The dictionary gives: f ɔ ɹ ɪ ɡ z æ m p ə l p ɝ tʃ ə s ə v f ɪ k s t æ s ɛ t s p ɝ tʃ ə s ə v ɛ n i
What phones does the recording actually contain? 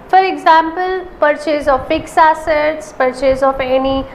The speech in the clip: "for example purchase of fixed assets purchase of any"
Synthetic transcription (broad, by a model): f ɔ ɹ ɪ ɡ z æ m p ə l p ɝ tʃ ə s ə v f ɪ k s æ s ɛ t s p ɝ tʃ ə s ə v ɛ n i